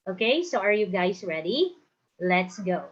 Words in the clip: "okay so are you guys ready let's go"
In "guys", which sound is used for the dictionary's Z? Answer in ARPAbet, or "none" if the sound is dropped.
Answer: S